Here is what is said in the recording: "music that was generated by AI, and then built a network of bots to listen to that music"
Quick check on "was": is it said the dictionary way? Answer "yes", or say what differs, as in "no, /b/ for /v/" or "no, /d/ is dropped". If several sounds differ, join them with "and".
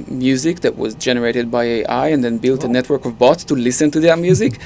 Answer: yes